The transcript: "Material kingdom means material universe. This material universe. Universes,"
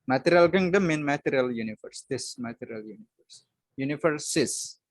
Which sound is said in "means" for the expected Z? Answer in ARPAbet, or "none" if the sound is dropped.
none